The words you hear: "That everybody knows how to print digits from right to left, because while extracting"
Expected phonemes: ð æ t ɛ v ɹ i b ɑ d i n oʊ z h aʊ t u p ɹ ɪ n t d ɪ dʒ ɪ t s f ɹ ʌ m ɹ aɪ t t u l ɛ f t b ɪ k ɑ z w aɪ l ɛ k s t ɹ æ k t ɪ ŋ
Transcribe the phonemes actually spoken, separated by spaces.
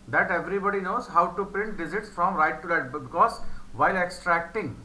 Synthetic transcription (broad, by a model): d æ t ɛ v ɹ i b ɑ d i n oʊ z h aʊ t u p ɹ ɪ n t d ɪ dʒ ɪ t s f ɹ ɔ m ɹ aɪ t t u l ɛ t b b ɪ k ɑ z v aɪ l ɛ k s t ɹ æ k t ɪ ŋ